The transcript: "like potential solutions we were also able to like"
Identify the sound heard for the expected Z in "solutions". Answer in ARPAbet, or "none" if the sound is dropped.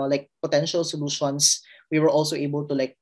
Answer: S